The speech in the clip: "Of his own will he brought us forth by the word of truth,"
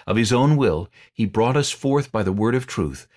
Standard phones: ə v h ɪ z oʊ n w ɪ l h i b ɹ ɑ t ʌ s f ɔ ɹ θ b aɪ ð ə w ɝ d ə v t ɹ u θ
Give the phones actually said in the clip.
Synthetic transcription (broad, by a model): ə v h ɪ z oʊ n w ɪ l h i b ɹ ɑ t ʌ s f ɔ ɹ θ b aɪ ð ə w ɝ d ə v t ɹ u θ